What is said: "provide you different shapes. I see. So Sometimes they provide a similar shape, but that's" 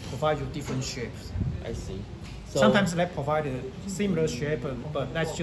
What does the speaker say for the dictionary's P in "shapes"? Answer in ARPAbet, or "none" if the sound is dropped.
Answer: P